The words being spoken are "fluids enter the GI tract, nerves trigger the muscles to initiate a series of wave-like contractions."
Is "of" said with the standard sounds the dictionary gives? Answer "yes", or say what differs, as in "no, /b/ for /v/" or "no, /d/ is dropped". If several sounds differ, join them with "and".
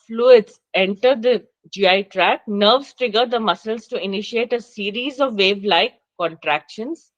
yes